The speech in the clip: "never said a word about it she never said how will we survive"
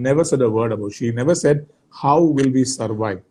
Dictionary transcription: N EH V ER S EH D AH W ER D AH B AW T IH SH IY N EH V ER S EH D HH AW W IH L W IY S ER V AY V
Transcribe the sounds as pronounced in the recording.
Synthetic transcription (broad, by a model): N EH V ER S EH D AH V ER D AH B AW IH SH IY N EH V ER S EH D HH AW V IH L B IY S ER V AY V